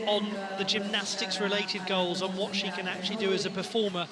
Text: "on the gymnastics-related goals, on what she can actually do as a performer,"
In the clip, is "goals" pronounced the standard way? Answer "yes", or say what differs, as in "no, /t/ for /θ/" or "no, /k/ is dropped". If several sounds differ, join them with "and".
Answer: yes